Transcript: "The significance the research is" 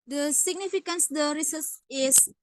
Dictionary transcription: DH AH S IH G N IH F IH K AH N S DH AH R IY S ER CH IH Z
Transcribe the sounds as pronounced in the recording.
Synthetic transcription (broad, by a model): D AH S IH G N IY F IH K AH N S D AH R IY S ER S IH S